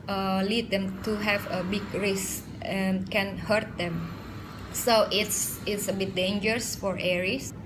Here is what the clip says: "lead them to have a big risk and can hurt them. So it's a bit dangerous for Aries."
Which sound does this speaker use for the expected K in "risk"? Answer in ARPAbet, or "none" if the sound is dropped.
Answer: none